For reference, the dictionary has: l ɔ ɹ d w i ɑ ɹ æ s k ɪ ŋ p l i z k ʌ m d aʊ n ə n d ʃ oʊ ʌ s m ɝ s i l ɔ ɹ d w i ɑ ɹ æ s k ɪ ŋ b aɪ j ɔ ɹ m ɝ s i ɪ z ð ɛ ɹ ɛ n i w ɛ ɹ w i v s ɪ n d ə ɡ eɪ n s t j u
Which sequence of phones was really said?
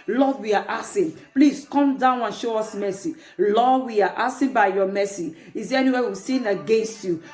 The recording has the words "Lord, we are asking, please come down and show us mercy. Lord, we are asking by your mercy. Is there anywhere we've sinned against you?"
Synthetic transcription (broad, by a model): l ɔ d w i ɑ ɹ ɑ s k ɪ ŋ p l i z k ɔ m d aʊ n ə n ʃ oʊ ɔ s m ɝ s i l ɔ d w i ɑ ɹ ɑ s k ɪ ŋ b aɪ j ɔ m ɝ s i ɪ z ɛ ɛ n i w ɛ w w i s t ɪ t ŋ ə ɡ eɪ n s t j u